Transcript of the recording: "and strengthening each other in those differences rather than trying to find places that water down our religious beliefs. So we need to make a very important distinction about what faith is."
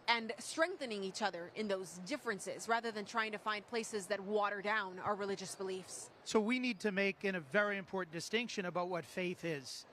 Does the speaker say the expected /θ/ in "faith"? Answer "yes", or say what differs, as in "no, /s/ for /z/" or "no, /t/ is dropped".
yes